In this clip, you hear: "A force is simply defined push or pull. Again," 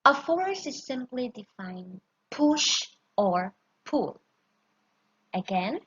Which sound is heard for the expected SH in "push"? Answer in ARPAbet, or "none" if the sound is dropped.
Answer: SH